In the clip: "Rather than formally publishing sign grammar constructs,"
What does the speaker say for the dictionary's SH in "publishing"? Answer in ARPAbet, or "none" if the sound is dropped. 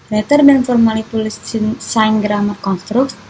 S